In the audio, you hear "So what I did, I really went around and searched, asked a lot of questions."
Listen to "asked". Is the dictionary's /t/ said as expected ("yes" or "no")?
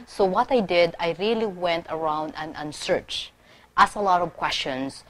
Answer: no